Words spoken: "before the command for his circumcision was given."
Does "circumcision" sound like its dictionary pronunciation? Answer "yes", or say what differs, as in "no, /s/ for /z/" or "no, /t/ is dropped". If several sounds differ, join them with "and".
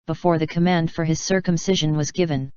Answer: yes